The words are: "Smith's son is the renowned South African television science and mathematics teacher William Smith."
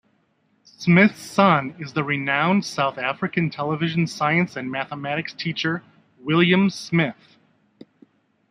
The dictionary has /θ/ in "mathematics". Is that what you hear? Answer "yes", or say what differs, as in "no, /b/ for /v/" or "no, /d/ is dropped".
yes